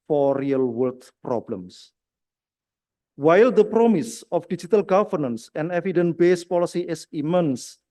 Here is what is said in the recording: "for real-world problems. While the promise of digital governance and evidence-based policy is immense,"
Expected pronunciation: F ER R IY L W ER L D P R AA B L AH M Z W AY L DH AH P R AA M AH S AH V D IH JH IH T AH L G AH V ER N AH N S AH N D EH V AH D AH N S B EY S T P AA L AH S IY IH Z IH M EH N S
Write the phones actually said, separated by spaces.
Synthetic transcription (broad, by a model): F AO R IY L W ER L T P R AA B L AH M S W AY L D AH P R AA M AH S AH F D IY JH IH T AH L G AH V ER N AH N S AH N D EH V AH D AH N B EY S P AA L AH S IY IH S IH M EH N S